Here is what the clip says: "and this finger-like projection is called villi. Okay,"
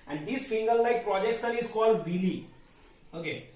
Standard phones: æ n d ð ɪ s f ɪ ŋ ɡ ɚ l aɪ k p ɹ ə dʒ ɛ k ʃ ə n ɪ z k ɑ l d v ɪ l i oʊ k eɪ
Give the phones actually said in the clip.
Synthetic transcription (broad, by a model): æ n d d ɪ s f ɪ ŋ ɡ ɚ l aɪ k p ɹ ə dʒ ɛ k s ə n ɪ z k ɑ l d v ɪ l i oʊ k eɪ